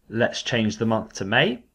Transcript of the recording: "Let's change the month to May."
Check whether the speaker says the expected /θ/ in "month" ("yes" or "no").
yes